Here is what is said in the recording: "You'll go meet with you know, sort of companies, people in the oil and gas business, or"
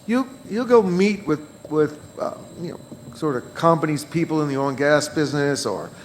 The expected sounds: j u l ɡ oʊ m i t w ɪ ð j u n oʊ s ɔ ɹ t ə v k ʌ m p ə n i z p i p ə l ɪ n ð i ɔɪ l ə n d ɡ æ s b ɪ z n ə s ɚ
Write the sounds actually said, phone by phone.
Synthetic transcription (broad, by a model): j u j ɡ oʊ m i t w ɪ ð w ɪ n oʊ s ɔ ɹ t ə v k ʌ m p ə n i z p i p l ɪ n ð i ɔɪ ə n ɡ æ s b ɪ z n ə s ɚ